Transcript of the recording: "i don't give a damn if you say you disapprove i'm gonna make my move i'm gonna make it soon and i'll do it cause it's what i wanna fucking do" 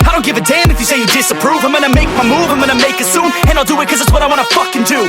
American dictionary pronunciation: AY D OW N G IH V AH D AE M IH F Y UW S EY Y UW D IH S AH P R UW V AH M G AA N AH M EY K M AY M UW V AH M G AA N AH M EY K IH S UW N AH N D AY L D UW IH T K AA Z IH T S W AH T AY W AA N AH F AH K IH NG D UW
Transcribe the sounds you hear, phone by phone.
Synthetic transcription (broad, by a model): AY D OW N G IH V AH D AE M IH F Y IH S EY Y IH D IH S AH P R UW V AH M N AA AH M EY K M AY M UW V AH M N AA AH M EY K IH S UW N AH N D AY L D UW IH T K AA Z IH T S W AH T AY W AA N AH F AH K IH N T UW